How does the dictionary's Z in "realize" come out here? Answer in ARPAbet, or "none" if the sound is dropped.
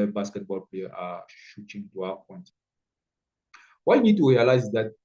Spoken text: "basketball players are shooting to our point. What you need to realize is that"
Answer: none